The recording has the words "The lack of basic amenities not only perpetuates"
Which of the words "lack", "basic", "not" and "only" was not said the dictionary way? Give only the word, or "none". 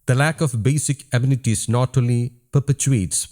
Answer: only